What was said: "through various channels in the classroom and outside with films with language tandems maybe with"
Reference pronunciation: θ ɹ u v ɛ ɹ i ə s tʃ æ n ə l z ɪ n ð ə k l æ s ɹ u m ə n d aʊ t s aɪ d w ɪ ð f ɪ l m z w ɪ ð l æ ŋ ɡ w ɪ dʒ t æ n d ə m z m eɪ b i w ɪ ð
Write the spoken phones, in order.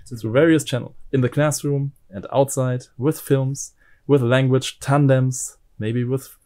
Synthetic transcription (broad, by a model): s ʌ v ɛ ɹ i ə s tʃ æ n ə l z ɪ n ð ə k l æ s ɹ u m ə n d aʊ t s aɪ d w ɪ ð f ɪ l m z w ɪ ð l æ ŋ ɡ w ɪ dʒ t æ n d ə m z m eɪ b i w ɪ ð